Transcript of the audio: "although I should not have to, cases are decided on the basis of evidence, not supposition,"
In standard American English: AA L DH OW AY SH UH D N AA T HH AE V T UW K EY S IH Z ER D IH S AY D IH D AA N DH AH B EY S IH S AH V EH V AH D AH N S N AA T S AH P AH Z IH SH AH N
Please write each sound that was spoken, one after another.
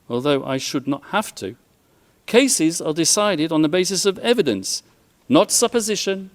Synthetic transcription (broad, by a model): AA L DH OW AY SH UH D N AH T HH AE F T UW K EY S IH Z ER D IH S AY D IH D N DH AH B EY S IH S AH V EH V AH D AH N S N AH T S AH P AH Z IH SH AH N